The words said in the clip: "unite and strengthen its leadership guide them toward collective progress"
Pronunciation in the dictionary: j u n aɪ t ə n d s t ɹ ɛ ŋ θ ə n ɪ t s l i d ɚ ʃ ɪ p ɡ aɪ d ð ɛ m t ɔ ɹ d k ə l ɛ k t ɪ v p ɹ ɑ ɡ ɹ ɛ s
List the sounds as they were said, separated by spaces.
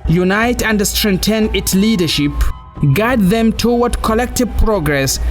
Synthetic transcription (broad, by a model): j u n aɪ t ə n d s t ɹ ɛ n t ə n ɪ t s l i d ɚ ʃ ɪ p ɡ aɪ d ð ɛ m t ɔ w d k ə l ɛ k t ɪ v p ɹ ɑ ɡ ɹ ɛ s